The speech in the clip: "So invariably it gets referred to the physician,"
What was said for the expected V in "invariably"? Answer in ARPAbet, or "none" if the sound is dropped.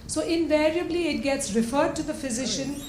V